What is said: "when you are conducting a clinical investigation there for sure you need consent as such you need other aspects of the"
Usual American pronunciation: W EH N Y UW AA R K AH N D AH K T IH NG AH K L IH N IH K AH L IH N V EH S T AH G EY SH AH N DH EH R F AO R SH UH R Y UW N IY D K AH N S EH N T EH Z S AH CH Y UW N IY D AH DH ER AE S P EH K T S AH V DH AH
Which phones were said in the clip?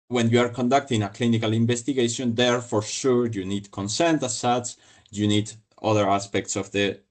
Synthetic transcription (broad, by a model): W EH N Y UW AA R K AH N D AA K T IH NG AH K L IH N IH K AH L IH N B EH S T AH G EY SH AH N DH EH R F AO R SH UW R Y UW N IY D K AH N S EH N T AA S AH S Y UW N IY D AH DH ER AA S P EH K T S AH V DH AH